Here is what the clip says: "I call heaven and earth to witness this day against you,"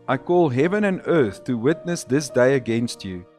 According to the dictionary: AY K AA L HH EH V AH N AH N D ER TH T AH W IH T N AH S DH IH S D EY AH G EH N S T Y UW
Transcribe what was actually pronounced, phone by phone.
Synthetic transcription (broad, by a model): AY K AA L HH EH V AH N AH N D ER TH T AH W IH T N AH S DH IH S D EY AH G EH N S T Y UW